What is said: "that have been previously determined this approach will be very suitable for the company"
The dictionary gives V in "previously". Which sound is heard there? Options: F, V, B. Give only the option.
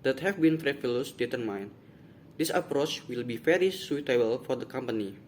F